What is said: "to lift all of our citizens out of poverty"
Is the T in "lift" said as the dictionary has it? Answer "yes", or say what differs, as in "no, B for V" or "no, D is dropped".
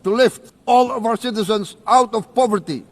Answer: yes